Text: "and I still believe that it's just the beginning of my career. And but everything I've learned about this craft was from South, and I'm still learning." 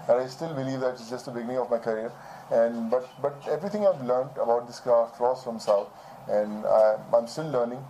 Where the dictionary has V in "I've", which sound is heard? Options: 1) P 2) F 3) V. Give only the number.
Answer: 3